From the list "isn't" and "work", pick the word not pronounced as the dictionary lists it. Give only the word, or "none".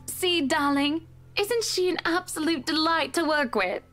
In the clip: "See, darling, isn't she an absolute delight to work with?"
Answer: none